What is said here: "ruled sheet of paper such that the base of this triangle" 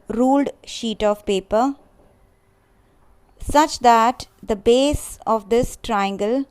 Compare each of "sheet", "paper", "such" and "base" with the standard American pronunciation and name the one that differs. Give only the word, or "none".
none